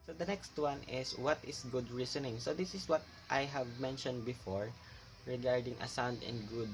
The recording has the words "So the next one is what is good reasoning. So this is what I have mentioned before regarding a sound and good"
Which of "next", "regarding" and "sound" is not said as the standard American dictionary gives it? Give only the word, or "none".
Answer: none